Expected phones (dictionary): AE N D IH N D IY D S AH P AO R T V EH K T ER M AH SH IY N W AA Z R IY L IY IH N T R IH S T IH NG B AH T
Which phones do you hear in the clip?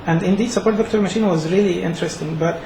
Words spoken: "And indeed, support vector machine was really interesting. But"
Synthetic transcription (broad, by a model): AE N D IH N D IY D S AH P AO R T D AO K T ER M AH SH IY N W AA Z R IY L IY IH N T R IH S T IH NG B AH T